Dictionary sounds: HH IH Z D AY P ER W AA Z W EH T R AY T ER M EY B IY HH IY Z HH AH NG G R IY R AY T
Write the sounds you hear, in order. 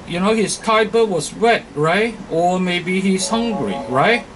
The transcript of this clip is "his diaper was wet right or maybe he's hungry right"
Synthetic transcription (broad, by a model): HH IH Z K AY B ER W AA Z W EH T R AY T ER M EY B IY HH IY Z HH AH NG G R IY R AY T